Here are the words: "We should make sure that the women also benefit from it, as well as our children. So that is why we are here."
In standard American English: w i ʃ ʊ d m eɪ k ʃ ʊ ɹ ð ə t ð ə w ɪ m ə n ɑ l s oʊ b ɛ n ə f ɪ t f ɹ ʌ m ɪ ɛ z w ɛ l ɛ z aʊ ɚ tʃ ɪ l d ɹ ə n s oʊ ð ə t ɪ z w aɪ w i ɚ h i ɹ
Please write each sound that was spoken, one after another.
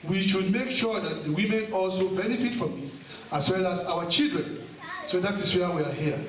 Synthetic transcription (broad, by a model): w i ʃ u d m eɪ k ʃ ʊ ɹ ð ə t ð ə w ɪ m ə n ɑ l s oʊ b ɛ n ə f ɪ t f ɹ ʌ m ɪ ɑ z w ɛ l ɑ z aʊ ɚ tʃ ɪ l d ɹ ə n s oʊ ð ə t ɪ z w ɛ w i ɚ h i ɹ